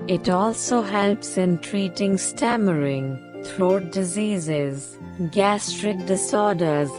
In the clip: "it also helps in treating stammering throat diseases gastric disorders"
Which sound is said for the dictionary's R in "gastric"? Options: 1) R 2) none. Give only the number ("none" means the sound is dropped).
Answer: 1